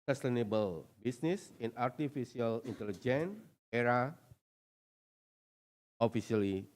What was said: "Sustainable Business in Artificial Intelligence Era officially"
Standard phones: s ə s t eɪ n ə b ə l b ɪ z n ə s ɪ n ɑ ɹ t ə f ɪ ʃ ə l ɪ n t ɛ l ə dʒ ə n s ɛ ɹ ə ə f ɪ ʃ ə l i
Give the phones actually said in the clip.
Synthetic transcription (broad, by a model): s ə s t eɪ n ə b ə l b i s n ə s ɪ n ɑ ɹ t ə f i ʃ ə l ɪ n t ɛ l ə dʒ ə n ɛ ɹ ə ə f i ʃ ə l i